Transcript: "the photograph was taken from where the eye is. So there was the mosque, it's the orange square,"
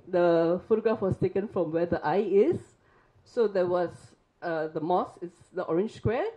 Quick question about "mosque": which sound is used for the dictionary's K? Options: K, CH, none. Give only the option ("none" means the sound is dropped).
none